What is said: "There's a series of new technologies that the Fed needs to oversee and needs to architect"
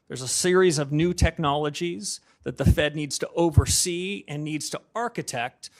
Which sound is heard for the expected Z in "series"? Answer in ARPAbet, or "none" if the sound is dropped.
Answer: Z